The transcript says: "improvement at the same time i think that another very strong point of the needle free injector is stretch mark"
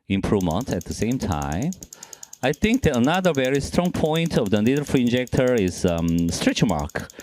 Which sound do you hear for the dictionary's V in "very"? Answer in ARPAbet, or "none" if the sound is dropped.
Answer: V